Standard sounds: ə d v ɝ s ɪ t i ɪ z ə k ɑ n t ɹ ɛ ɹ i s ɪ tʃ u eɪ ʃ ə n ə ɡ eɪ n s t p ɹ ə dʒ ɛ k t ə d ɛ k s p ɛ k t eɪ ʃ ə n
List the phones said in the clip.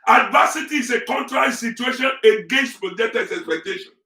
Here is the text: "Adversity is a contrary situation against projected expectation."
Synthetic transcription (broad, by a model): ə d v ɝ s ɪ t i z ə k ɑ n t ɹ ɛ ɹ i s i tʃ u eɪ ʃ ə n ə ɡ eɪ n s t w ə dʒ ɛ t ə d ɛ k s p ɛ k t eɪ ʃ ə n